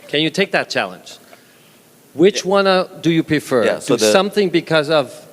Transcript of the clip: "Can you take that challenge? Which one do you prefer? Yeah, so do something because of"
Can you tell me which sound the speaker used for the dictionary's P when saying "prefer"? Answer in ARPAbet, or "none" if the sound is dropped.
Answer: P